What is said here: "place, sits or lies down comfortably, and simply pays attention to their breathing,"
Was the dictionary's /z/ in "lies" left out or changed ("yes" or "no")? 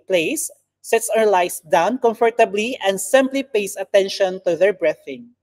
yes